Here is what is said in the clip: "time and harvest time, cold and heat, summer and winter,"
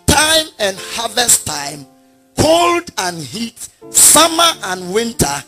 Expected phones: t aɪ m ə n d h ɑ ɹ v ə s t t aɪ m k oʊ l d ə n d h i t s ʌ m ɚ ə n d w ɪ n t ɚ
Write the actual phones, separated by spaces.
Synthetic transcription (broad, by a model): t aɪ m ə n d h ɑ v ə s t t aɪ m k oʊ l d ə n h i t s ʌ m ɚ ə n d w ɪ n t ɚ